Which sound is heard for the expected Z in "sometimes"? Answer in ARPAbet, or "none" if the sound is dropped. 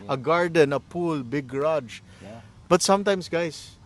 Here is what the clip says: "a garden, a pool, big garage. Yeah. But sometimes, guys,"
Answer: S